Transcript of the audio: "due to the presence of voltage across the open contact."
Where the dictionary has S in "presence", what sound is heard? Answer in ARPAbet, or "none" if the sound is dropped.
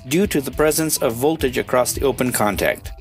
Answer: S